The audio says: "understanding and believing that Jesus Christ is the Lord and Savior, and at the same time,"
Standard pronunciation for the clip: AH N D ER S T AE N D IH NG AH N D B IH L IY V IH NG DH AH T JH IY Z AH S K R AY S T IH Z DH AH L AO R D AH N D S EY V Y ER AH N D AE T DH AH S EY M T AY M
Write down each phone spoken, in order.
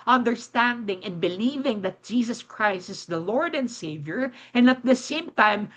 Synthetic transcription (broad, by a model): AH N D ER S T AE N D IH NG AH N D B IH L IY V IH NG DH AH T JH IY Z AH S K R AY S T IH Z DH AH L AO R D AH N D S EY V Y ER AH N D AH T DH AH S EY M T AY M